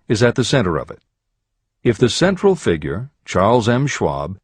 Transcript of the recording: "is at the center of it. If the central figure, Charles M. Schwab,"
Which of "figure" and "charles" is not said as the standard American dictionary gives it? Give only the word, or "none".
none